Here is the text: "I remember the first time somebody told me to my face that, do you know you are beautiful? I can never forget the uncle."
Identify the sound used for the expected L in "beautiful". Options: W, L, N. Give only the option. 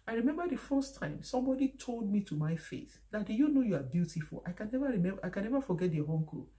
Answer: L